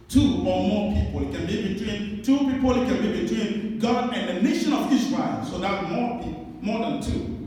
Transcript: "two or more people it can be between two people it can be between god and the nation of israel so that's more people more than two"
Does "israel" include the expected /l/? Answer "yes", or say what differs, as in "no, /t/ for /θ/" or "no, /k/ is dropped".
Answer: no, /n/ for /l/